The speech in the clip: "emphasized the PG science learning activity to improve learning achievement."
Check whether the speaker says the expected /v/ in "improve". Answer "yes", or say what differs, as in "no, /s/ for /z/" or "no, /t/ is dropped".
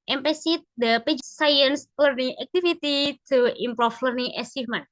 no, /f/ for /v/